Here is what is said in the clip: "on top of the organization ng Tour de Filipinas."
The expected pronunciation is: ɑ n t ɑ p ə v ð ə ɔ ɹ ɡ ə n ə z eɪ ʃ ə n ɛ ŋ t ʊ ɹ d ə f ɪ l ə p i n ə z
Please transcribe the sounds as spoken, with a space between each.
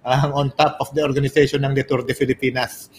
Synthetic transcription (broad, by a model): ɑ n t ɑ p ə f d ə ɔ ɹ ɡ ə n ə s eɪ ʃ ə n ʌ ŋ t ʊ ɹ d ə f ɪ l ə p i n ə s